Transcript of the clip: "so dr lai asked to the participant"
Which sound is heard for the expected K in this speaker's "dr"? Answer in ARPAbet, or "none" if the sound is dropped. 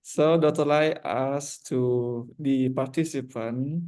none